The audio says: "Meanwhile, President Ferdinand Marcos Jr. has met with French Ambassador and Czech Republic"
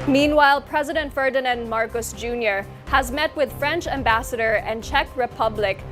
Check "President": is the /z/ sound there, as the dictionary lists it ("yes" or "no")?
yes